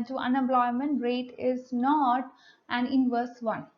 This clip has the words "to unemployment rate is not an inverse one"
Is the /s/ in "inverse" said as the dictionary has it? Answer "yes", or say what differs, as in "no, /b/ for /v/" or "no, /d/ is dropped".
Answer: yes